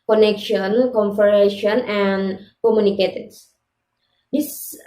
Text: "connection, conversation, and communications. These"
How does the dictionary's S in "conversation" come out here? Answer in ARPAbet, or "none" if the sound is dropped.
none